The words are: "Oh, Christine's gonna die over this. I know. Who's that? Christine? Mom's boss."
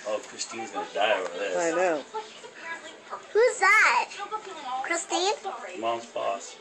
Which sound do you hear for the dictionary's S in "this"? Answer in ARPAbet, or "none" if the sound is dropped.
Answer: none